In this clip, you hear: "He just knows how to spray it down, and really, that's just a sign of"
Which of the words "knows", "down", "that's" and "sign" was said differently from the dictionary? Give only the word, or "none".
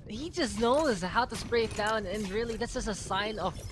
none